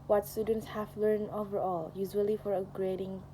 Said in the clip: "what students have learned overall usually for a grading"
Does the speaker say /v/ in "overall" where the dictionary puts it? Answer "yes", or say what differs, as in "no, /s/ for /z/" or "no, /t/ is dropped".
yes